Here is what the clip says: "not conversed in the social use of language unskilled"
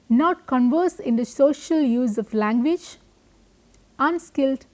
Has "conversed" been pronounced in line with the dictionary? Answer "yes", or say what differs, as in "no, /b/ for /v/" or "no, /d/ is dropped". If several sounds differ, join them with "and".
no, /t/ is dropped